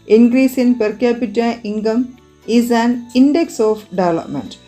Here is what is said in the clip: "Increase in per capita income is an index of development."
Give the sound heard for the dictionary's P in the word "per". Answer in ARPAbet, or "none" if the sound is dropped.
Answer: P